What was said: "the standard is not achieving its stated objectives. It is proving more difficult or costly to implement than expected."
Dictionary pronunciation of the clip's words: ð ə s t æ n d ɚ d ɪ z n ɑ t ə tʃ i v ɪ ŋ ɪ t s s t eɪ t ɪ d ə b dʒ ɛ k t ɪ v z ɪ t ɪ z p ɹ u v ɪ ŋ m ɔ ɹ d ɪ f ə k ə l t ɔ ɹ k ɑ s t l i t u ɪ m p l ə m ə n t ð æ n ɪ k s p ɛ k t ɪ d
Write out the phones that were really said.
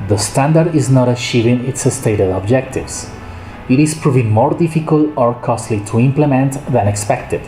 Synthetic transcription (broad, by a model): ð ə s t æ n d ɚ d ɪ z n ɑ t ə tʃ i v ɪ ŋ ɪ t s s t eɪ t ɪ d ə b dʒ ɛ k t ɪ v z ɪ t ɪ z p ɹ u v ɪ ŋ m ɔ ɹ d ɪ f ə k ə l t ɔ ɹ k ɑ s t l i t u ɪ m p l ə m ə n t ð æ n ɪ k s p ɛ k t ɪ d